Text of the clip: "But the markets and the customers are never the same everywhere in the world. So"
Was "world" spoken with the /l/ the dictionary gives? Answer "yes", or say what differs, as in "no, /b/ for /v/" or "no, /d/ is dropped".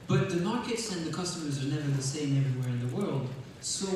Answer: yes